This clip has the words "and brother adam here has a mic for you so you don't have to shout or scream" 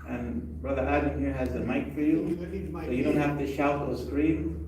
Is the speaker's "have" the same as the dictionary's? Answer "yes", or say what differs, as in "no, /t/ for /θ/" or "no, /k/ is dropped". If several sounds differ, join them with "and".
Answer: no, /f/ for /v/